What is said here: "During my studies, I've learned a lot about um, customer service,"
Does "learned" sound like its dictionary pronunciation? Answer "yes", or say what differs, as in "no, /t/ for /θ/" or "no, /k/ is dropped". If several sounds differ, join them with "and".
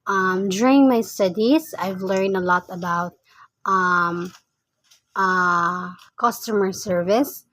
yes